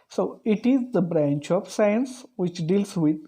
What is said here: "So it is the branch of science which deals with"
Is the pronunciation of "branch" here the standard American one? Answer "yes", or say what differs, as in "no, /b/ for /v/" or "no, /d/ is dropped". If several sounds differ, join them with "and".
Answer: yes